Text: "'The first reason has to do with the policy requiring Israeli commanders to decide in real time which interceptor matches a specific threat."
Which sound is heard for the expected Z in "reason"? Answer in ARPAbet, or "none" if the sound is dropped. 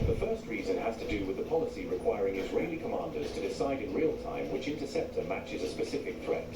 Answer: Z